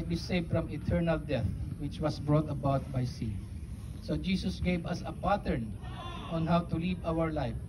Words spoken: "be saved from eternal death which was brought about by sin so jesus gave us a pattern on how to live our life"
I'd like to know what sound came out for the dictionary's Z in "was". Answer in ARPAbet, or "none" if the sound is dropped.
S